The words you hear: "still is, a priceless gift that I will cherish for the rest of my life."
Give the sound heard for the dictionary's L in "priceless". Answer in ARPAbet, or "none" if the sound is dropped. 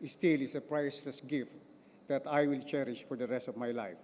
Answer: none